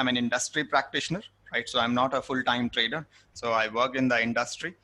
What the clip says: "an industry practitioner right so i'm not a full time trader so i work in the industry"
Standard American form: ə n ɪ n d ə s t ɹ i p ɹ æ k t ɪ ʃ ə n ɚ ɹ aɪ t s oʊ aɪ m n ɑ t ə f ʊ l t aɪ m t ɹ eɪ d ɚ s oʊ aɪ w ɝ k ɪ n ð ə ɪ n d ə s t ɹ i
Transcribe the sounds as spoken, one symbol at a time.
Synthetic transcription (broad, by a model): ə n ɪ n d ə s t ɹ i p ɹ æ k t ɪ ʃ ə n ɚ ɹ aɪ t s oʊ aɪ m n ɑ t ə f ʊ l t aɪ m t ɹ eɪ d ɚ s oʊ aɪ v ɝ k ɪ n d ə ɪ n d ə s t ɹ i